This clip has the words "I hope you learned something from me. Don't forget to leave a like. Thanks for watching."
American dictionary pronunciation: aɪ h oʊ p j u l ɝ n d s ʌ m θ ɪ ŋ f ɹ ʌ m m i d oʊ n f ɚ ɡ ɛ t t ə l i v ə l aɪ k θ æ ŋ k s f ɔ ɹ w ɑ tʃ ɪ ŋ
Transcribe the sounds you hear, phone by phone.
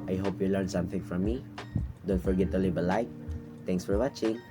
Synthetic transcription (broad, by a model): aɪ h oʊ p j u l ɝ n s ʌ m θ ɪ ŋ f ɹ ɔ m m i d oʊ n f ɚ ɡ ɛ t t ə l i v ə l aɪ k t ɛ ŋ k s f ɔ ɹ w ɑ tʃ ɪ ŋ